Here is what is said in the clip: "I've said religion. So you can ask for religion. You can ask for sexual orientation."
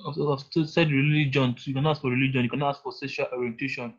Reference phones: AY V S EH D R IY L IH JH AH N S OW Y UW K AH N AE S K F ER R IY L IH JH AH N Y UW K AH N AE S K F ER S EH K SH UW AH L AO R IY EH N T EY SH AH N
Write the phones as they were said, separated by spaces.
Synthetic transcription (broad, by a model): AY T S EH D R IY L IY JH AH N Y UW K AH N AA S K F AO R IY L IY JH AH N Y UW K AH N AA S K F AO S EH SH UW L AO R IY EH N T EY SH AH N